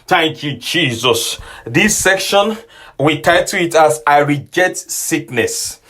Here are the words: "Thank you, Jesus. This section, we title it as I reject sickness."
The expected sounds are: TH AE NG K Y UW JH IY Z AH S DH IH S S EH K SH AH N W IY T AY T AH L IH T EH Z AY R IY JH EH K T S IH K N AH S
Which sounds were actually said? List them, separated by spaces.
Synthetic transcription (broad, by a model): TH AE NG K Y UW JH IY Z AH S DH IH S S EH K SH AH N W IY T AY T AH IH T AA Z AY R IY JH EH T S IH K N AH S